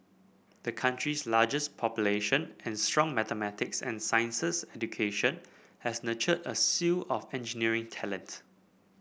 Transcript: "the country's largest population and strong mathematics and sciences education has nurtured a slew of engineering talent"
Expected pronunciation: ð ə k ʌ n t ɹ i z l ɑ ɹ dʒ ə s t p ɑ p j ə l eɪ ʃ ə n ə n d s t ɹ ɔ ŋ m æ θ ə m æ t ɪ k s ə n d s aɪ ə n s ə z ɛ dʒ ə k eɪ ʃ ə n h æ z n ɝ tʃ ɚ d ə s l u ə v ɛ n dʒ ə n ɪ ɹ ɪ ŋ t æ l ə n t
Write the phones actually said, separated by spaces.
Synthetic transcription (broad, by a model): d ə k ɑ n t ɹ i s l ɑ dʒ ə s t p ɑ p j ə l eɪ ʃ ə n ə n s t ɹ ɔ ŋ m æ t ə m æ t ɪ k s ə n s aɪ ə n s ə s ɛ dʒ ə k eɪ ʃ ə n h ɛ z n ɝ tʃ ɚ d ə s u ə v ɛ n dʒ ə n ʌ ɹ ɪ ŋ t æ l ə n t